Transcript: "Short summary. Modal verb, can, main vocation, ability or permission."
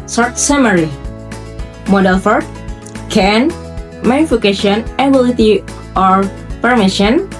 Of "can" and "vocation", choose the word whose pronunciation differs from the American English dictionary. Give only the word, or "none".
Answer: vocation